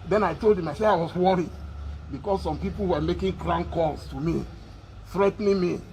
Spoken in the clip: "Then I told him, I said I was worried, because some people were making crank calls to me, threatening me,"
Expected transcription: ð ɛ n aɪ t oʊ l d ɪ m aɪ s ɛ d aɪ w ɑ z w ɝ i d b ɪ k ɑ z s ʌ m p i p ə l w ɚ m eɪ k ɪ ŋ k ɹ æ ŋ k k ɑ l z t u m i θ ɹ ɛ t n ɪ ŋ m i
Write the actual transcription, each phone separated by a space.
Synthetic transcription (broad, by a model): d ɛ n aɪ t oʊ l d ɪ m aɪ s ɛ aɪ w ɑ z w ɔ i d b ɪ k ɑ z s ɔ m p i p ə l w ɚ m eɪ k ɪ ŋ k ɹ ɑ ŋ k k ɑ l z t u m i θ ɹ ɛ t n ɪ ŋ m i